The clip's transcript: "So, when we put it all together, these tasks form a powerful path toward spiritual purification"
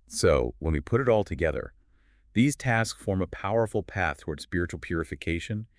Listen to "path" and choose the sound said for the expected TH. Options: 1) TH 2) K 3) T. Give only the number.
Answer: 1